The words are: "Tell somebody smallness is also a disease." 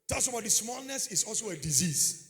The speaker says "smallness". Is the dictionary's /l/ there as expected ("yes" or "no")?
yes